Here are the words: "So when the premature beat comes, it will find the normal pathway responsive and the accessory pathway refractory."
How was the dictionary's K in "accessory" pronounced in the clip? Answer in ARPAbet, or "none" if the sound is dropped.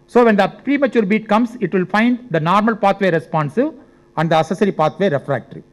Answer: none